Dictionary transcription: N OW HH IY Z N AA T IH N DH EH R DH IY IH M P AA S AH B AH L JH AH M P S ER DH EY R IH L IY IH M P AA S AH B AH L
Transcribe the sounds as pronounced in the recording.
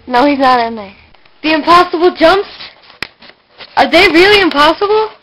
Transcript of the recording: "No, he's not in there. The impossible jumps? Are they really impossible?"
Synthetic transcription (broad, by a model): N OW HH IY Z N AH T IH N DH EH DH IY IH M P AA S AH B L JH AH M P S ER DH EY R IH L IY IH M P AA S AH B L